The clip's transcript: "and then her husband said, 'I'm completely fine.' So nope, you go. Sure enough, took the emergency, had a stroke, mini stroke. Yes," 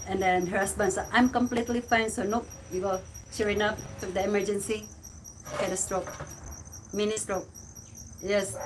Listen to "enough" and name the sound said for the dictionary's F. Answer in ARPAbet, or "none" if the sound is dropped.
P